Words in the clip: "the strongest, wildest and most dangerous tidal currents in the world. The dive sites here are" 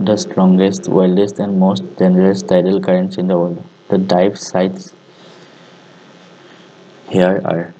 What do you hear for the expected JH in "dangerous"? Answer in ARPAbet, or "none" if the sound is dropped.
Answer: none